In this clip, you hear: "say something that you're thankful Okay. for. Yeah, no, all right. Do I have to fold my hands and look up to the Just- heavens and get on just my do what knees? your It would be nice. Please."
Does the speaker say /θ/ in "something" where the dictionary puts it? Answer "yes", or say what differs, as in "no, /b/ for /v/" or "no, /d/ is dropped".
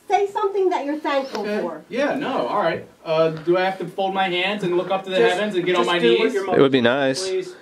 yes